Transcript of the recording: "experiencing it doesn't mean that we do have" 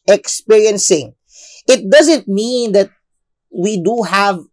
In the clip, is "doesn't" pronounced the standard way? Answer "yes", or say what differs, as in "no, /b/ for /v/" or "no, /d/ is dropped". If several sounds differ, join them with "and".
yes